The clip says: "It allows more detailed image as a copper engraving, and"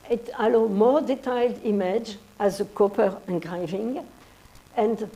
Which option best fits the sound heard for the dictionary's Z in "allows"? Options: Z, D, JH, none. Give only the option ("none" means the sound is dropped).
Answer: none